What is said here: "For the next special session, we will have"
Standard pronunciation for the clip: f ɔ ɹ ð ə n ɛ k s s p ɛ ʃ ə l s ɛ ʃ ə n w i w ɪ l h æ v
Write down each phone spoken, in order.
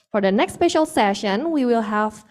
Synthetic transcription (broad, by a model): f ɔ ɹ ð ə n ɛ k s s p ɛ ʃ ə l s ɛ ʃ ə n w i w ɪ l h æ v